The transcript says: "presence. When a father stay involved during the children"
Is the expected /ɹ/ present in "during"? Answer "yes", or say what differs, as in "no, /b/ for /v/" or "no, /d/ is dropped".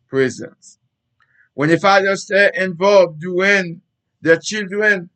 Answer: no, /ɹ/ is dropped